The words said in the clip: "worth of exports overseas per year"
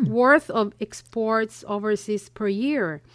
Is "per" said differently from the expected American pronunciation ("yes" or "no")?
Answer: no